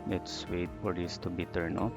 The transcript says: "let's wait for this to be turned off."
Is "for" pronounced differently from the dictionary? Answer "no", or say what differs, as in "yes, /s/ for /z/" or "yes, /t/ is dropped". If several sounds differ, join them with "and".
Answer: yes, /p/ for /f/